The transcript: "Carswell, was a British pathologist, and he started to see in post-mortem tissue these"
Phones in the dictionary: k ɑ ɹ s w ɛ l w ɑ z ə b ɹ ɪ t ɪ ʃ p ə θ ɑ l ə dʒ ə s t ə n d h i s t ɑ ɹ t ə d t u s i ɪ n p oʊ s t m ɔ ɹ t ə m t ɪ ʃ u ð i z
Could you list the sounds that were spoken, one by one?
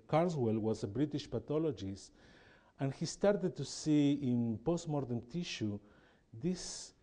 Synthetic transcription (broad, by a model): k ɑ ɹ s w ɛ l w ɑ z ə b ɹ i t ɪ ʃ p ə t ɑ l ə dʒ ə s t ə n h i s t ɑ ɹ t ə d t u s i ɪ n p oʊ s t m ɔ ɹ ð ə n t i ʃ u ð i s